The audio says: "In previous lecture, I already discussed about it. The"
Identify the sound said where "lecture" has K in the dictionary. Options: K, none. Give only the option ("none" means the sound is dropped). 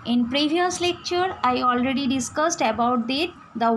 K